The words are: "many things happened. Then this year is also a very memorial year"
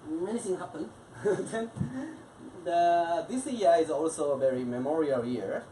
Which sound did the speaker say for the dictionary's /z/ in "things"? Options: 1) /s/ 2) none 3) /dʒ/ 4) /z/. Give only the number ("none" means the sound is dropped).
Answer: 2